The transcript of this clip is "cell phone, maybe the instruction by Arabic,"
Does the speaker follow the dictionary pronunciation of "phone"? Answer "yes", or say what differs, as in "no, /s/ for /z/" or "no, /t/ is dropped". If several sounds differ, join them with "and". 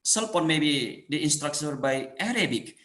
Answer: no, /p/ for /f/